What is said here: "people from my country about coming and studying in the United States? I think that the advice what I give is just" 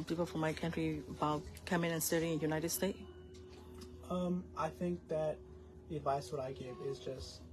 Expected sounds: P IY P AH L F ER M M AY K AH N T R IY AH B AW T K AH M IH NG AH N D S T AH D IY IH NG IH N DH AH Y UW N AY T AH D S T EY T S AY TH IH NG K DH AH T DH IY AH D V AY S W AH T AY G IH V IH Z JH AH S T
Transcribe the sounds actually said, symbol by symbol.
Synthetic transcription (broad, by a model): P IY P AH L F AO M M AY K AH N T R IY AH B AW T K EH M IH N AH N S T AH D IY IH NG IH N Y UW N AY T AH D S T EY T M AY TH IH NG K DH AH T DH IY AH D V AY S W AH T AY G IH V IH Z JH AH S T